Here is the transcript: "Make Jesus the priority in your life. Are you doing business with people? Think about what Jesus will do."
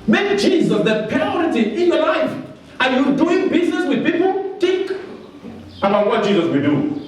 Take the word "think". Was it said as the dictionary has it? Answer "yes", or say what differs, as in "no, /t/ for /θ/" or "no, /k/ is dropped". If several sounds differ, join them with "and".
no, /t/ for /θ/ and /ŋ/ is dropped